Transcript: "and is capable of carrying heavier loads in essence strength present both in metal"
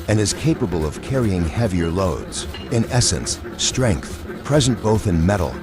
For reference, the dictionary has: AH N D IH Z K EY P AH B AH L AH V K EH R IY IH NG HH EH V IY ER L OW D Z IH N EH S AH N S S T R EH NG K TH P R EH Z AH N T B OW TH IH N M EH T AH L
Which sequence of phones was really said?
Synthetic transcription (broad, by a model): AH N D IH Z K EY P AH B AH L AH V K EH R IY IH NG HH EH V IY ER L OW D Z IH N EH S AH N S S T R EH NG K TH P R EH Z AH N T B OW TH IH N M EH T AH L